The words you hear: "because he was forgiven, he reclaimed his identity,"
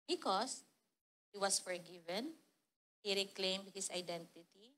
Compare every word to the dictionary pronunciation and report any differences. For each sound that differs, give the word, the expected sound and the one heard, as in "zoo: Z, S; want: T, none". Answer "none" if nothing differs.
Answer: was: Z, S; his: Z, S